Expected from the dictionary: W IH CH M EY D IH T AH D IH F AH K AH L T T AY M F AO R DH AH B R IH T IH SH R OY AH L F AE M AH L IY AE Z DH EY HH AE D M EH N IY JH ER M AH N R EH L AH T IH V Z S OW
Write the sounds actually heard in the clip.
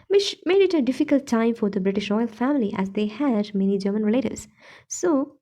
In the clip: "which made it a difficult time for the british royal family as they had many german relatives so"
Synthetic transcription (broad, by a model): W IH CH M EY D IH T AH D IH F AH K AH L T T AY M F AO R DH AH B R IH T IH SH R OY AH L F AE M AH L IY AE Z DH EY HH AE D M EH N IY JH ER M AH N R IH L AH T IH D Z S OW